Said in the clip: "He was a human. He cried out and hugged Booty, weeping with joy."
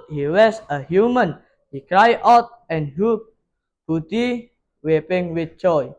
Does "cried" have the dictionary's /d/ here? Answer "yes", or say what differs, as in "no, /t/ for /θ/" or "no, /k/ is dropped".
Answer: no, /d/ is dropped